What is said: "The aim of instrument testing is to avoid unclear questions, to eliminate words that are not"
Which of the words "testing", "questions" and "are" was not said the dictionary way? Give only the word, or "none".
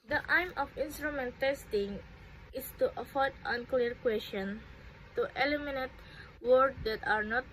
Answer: questions